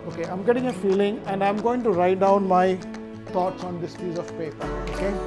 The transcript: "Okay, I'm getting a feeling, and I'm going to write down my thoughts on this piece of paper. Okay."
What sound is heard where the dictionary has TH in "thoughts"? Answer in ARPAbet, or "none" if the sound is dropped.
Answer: T